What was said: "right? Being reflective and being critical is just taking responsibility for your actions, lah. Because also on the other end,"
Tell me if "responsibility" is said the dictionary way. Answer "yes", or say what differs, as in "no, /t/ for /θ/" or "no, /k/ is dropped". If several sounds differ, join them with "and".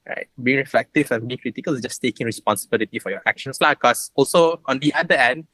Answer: yes